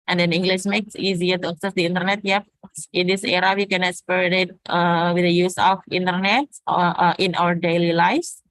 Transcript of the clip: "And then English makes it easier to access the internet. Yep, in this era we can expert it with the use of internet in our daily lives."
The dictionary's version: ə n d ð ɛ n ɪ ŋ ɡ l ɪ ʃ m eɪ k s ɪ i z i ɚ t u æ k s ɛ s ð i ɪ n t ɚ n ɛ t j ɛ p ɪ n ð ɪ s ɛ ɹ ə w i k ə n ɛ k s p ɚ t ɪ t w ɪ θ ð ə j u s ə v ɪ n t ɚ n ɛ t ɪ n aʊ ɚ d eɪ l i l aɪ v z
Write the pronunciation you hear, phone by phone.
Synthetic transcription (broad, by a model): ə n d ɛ n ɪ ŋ ɡ l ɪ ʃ m eɪ k s i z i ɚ t u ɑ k s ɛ s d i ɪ n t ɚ n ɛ t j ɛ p ɪ n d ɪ s ɛ ɹ ə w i k ə n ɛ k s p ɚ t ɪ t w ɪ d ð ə j u s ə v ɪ n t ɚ n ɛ t ɪ n aʊ ɚ d eɪ l i l aɪ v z